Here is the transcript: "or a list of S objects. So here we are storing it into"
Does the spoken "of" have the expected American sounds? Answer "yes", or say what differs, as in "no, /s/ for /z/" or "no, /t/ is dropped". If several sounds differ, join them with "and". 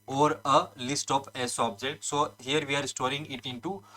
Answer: no, /p/ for /v/